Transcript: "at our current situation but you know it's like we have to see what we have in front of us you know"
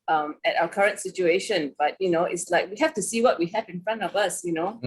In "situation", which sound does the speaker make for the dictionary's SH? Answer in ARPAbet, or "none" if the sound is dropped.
SH